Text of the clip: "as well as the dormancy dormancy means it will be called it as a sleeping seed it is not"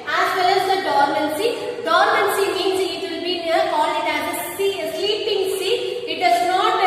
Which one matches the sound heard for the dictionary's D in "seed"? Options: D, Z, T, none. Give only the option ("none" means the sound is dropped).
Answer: none